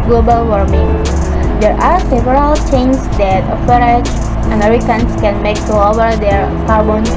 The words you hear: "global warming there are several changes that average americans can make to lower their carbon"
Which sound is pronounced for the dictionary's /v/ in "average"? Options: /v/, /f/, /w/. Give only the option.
/f/